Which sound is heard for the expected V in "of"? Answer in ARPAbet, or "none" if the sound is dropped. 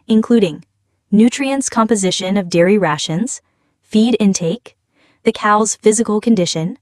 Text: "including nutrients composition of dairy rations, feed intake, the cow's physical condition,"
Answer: V